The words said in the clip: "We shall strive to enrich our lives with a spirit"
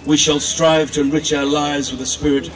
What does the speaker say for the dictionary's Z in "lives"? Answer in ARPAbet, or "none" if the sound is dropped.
Z